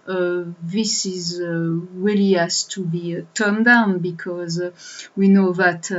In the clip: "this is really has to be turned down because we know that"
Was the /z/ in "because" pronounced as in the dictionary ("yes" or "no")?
yes